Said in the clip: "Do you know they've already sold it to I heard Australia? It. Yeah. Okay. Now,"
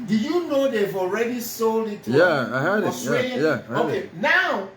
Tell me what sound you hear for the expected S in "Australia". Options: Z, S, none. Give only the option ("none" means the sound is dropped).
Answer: none